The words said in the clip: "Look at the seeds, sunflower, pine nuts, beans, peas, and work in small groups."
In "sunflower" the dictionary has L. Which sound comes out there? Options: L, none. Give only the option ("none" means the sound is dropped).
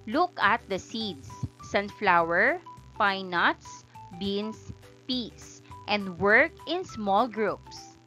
L